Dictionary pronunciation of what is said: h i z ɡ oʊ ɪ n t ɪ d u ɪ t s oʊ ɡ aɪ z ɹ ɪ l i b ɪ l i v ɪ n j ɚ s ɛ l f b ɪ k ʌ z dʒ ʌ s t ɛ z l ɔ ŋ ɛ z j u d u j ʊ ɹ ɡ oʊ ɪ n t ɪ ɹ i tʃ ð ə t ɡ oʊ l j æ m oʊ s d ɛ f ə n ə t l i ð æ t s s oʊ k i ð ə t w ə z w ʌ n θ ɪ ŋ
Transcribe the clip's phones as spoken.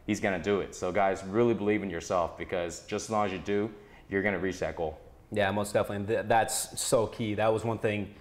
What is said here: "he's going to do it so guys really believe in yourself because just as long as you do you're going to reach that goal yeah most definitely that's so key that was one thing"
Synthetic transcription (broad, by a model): h i z ɡ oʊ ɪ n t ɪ d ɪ ɪ t s oʊ ɡ aɪ z ɹ ɪ l i b ɪ l i v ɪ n j ɚ s ɛ l f b ɪ k ʌ z dʒ ʌ s t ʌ z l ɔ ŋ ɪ z j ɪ d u j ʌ ɹ ɡ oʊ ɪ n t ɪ ɹ i tʃ ð ə t ɡ oʊ l j æ m oʊ s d ɛ f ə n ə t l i ð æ t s s oʊ k i ð ə t w ə z w ʌ n θ ɪ ŋ